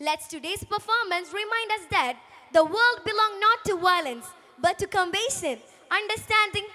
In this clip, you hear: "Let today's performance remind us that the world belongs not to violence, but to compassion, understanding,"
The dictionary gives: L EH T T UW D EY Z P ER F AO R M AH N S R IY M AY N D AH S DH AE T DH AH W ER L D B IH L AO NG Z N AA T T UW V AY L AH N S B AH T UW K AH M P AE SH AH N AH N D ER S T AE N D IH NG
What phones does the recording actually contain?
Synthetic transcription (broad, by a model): L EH T T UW D EY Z P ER F AO R M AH N S R IY M AY N D AH S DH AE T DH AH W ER L D B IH L AO NG N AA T T UW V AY L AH N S B AH T UW K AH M B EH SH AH N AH N D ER S T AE N D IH NG